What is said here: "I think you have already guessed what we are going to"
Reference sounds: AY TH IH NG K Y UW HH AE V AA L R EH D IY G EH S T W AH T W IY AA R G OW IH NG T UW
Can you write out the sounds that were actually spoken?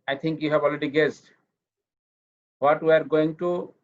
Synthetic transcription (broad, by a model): AY T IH NG K Y UW HH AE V AA L R EH D IY G EH S T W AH T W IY AA R G OW IH NG T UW